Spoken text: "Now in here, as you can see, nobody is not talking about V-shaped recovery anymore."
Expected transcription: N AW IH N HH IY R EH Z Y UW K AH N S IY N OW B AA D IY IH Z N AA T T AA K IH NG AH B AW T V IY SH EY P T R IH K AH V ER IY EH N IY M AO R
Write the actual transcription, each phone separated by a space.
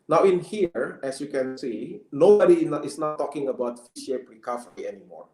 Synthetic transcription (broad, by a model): N AW IH N HH IY R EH S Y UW K AH N S IY N OW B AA D IY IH S N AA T T AA K IH NG AH B AW T F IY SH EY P R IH K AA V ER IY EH N IY M AO R